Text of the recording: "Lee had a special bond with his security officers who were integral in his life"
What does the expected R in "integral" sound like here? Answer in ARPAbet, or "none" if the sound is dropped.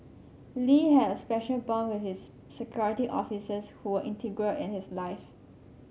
R